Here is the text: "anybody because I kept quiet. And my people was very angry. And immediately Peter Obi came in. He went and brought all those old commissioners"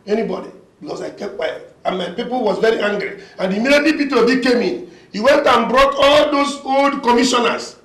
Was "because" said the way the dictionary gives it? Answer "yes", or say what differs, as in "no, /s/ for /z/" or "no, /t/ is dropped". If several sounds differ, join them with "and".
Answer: no, /s/ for /z/